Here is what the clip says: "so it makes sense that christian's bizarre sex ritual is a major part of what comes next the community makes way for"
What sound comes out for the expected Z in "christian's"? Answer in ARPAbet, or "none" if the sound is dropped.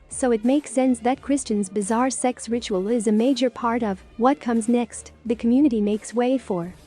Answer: Z